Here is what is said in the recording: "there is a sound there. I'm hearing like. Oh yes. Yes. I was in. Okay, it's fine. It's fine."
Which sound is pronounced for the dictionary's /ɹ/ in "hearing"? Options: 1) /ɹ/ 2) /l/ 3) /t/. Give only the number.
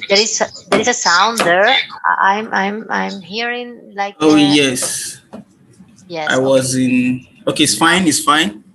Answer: 1